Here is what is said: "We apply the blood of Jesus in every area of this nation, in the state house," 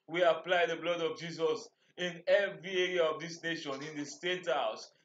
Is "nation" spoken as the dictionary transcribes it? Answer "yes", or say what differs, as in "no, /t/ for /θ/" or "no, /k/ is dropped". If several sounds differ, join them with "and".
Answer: yes